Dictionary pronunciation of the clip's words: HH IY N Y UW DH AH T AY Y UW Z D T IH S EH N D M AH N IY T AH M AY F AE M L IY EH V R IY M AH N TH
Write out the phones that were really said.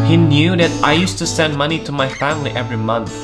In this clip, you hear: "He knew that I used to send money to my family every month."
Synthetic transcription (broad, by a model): HH IY N Y UW DH AH T AY Y UW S T IH S EH N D M AH N IY T AH M AY F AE M L IY EH V R IY M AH N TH